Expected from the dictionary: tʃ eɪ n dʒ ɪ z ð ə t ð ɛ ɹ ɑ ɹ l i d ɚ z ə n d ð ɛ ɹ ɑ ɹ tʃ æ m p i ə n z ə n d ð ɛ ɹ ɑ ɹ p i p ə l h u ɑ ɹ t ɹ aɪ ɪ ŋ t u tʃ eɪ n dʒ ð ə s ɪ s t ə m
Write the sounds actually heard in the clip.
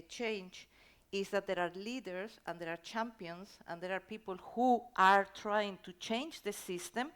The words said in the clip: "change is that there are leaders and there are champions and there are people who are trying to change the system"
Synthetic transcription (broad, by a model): tʃ eɪ n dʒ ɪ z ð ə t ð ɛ ɹ ɑ ɹ l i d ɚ s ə n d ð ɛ ɹ ɑ ɹ tʃ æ m p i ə n s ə n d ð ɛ ɹ ɑ ɹ p i p ə l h u ɑ ɹ t ɹ aɪ ɪ ŋ t u tʃ eɪ n dʒ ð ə s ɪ s t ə m